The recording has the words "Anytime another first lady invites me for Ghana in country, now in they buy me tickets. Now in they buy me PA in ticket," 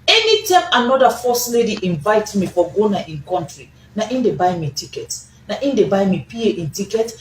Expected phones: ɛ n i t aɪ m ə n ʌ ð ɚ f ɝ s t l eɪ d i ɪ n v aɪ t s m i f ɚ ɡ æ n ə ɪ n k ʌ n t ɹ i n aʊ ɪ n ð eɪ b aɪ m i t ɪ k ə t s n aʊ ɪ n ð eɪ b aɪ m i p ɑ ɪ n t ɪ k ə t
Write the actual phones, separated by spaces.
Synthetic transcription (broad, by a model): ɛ n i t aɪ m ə n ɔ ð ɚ f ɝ s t l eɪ d i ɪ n v aɪ t m i f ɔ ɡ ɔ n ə ɪ n k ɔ n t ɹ i n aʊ ɪ n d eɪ b aɪ m i t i k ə t n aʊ ɪ n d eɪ b aɪ m i p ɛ ɪ n t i k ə t